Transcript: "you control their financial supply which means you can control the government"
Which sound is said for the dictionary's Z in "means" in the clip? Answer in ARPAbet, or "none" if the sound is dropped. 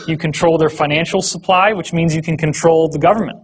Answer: Z